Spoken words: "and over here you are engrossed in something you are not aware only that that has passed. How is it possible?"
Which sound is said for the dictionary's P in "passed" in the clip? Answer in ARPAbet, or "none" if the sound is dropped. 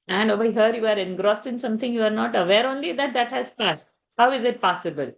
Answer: P